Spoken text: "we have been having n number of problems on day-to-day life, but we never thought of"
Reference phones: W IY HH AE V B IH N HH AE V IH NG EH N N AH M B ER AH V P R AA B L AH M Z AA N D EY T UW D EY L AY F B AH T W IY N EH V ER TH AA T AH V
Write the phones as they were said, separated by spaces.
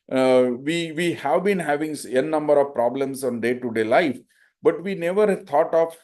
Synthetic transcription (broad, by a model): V IY HH AE V B IH N HH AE V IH NG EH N N AH M B ER AH V P R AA B L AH M S AA N D EY T UW D EY L AY F B AH T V IY N EH V ER T AA T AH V